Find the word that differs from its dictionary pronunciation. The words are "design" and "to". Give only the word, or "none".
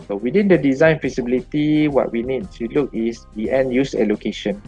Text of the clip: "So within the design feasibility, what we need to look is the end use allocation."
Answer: to